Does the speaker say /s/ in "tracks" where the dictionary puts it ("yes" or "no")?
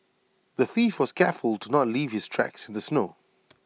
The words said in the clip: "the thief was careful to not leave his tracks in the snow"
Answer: yes